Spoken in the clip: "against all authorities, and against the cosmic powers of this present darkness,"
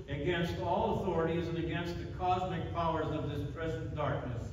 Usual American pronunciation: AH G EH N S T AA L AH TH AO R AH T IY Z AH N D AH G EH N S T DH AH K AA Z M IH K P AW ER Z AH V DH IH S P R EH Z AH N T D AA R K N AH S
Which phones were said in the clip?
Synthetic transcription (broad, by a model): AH G EH N S T AA L AH TH AO R AH T IY Z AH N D AH G EH N S T DH AH K AA Z M IH K P AW ER Z AH V DH IH S P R EH Z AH N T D AA R K N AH S